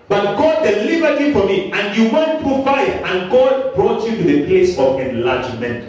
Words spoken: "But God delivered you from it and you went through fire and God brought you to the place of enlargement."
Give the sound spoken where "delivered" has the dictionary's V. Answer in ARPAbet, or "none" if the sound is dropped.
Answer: B